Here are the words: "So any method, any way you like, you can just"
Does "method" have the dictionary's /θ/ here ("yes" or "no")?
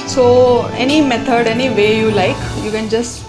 no